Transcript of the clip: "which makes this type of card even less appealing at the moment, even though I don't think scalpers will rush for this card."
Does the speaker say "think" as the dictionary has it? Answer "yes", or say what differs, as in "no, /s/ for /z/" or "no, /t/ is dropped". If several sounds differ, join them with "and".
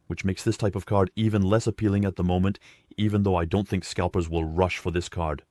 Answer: yes